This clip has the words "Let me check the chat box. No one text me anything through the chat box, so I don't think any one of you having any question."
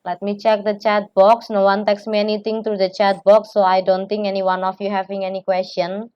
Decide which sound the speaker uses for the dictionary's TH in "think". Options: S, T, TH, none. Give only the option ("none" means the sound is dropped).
T